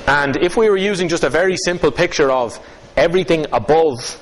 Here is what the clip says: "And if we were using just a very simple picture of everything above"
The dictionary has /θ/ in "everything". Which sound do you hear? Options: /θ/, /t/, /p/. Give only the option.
/θ/